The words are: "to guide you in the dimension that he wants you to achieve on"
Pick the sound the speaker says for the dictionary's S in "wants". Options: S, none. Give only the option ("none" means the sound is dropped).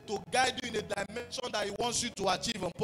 S